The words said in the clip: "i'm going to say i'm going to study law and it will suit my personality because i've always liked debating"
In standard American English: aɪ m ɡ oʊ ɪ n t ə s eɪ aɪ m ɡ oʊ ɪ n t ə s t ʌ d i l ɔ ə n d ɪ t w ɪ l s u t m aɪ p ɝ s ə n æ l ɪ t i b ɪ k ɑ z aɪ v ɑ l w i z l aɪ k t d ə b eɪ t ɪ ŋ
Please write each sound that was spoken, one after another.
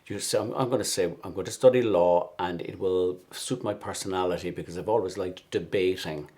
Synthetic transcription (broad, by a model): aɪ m ɡ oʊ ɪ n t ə s eɪ aɪ m ɡ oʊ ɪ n t ə s t ʌ d i l ɔ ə n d ɪ t w ɪ l s u t m aɪ p ɝ s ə n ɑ l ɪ t i b ɪ k ɑ z aɪ v ɑ l w i z l aɪ k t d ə b eɪ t ɪ ŋ